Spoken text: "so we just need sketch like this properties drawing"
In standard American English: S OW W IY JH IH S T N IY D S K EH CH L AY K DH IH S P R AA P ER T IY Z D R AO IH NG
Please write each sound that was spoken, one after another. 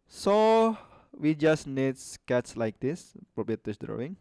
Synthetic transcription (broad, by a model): S OW W IY JH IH S N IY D S K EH S L AY K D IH S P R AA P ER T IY S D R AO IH NG